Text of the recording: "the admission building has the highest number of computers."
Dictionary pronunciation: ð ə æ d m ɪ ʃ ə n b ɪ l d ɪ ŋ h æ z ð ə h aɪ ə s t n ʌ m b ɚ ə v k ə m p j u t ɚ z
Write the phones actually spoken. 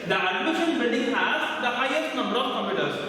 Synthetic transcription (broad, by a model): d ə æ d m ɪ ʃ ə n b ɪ n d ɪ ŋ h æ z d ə h aɪ ə s t n ʌ m b ɚ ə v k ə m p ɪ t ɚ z